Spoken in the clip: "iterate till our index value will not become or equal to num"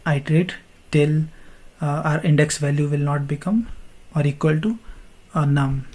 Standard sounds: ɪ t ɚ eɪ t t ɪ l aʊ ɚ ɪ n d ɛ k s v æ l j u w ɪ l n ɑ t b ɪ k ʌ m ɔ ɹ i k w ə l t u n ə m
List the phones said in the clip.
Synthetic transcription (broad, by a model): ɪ t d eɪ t t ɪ l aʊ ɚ ɪ n d ɛ k s v æ l j u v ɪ l n ɑ t b ɪ k ʌ m ɔ ɹ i k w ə l t u n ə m